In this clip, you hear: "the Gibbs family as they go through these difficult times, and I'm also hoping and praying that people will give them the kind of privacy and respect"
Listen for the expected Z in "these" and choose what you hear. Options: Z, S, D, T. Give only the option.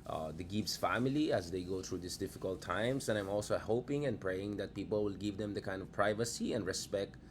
S